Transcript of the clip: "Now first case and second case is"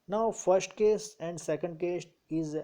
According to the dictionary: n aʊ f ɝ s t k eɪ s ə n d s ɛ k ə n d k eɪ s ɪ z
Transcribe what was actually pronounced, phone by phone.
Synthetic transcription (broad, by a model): n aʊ f ɝ s t k eɪ s ə n d s ɛ k ə n d k eɪ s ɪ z